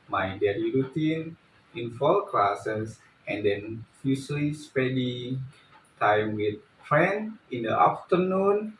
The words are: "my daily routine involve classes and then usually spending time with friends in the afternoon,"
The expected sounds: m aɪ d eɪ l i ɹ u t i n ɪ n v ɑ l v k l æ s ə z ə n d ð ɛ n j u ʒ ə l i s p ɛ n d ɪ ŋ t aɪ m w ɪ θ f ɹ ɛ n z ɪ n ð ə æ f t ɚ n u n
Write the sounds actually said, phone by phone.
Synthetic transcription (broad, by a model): m aɪ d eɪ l i ɹ u t i n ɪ n f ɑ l k l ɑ s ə s ə n d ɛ n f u s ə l i s p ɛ d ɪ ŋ t aɪ m w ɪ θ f ɹ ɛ n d ɪ n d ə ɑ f t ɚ n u n